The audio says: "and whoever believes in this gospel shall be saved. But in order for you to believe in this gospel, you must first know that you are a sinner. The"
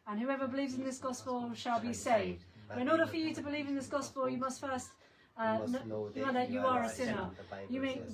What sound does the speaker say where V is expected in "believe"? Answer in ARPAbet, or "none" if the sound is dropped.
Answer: V